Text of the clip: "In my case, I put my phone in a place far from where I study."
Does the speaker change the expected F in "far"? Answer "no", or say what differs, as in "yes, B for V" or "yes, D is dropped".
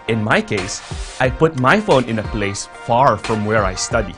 no